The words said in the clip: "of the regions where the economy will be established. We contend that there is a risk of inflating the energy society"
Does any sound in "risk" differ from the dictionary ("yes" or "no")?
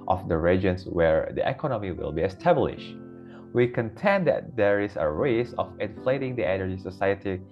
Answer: yes